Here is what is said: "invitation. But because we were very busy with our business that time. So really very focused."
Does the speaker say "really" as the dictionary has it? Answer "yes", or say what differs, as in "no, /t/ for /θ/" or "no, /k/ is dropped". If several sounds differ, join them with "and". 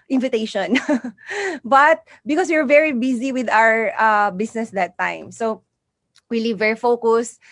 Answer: no, /w/ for /ɹ/